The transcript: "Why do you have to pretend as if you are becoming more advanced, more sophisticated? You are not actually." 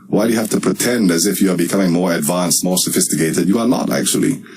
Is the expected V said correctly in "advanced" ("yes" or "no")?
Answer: yes